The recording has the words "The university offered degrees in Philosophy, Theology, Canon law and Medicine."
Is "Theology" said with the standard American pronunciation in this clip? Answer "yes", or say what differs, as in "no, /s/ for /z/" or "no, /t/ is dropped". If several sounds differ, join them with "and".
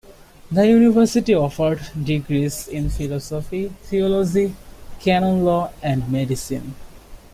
no, /t/ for /θ/